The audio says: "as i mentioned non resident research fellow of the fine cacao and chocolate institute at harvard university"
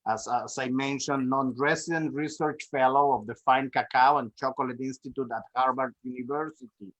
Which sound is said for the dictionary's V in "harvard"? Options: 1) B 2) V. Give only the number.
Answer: 1